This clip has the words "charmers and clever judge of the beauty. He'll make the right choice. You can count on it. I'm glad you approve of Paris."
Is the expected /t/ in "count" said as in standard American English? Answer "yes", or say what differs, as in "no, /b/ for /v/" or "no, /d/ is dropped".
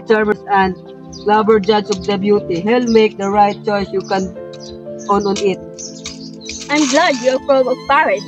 no, /t/ is dropped